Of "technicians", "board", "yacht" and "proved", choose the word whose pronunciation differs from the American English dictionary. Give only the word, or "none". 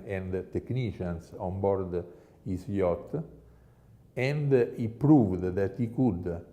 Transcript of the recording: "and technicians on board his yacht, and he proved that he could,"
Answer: technicians